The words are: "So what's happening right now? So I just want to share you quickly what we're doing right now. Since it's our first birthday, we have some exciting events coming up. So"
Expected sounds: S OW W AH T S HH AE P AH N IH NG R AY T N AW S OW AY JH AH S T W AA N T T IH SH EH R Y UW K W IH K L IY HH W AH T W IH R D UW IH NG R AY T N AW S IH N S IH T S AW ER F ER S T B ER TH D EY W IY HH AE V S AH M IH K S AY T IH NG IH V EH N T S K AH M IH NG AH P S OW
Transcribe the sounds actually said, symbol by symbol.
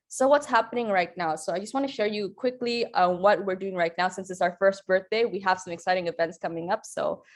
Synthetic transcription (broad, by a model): S OW W AH T S HH AE P AH N IH NG R AY T N AW S OW AY JH AH S T W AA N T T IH SH EH R Y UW K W IH K L IY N W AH T W IH R D UW IH NG R AY T N AW S IH N S IH T S AW ER F ER S T B ER TH D EY W IY HH AE V S AH M IH K S AY T IH NG IH V EH N T S K AH M IH NG AH P S OW